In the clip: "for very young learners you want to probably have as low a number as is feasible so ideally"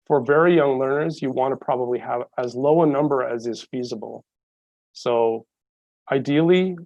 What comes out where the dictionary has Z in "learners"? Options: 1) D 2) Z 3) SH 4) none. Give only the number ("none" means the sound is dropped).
2